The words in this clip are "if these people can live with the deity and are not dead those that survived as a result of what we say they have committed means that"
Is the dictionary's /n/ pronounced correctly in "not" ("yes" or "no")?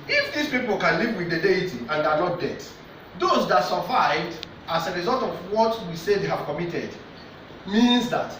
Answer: no